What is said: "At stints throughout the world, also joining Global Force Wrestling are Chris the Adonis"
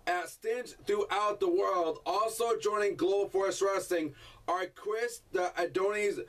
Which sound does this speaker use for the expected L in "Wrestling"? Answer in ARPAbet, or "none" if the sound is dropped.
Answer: none